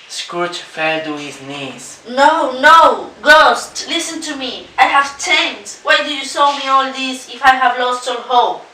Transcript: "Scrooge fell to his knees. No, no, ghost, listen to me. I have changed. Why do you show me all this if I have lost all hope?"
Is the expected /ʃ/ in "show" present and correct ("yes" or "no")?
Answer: no